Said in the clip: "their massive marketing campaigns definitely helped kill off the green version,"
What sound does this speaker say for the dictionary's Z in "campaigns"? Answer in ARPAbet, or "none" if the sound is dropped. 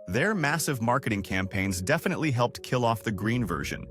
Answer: Z